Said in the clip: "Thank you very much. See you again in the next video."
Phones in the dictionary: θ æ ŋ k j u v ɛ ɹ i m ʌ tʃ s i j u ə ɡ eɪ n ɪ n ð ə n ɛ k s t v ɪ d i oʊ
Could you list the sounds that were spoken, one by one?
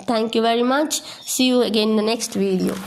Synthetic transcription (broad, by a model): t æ ŋ k j u v ɛ ɹ i m ʌ tʃ s i j u ə ɡ eɪ n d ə n ɛ k s t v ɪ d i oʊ